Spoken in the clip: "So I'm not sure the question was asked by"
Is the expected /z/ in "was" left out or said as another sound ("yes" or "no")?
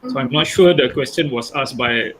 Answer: yes